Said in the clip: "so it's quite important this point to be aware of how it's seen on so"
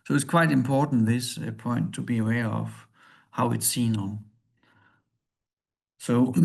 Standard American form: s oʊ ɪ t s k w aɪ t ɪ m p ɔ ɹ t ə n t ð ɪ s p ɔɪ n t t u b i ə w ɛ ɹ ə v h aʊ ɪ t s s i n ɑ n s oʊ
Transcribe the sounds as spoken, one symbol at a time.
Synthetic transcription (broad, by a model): s oʊ ɪ t s k w aɪ t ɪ m p ɔ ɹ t n ð ɪ s p ɔɪ n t t u b i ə w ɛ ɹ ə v h aʊ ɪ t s s i n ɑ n s oʊ